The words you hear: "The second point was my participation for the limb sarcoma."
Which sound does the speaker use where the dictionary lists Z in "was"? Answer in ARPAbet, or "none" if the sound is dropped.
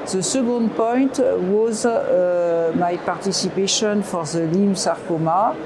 Z